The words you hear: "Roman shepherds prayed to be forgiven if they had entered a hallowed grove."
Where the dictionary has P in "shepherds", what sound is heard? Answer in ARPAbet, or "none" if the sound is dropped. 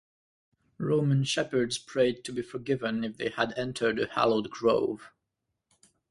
P